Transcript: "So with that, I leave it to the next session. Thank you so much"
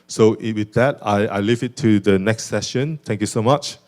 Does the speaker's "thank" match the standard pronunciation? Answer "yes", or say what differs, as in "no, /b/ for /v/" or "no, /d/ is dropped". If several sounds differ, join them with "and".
no, /t/ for /θ/